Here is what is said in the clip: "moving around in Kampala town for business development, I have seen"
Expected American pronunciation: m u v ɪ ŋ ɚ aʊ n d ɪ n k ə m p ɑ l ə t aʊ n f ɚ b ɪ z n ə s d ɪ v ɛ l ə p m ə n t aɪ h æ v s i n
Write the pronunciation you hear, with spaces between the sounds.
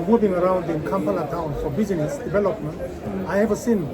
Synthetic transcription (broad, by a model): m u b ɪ ŋ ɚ aʊ n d ɪ n k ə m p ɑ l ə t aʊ n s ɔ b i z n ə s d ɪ b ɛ l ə p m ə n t aɪ h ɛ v s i n